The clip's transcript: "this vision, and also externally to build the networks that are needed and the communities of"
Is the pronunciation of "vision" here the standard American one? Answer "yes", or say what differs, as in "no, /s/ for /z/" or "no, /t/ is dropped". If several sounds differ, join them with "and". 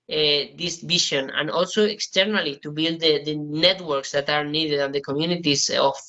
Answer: no, /ʃ/ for /ʒ/